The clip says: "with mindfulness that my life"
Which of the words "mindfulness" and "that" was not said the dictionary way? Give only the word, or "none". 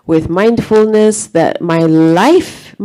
none